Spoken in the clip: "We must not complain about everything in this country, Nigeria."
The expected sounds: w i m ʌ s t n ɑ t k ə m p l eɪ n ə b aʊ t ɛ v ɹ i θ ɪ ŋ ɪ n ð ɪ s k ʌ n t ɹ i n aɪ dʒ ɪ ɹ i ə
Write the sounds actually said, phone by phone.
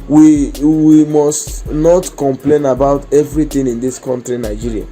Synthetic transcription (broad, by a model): w i m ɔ s t n ɑ t k ə m p l eɪ n ə b aʊ t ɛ v ɹ i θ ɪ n ɪ n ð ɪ s k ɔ n t ɹ i n aɪ dʒ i ɹ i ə